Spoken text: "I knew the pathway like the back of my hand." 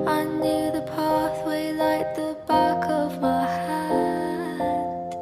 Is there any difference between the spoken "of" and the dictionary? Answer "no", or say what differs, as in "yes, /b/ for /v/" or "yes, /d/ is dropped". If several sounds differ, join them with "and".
no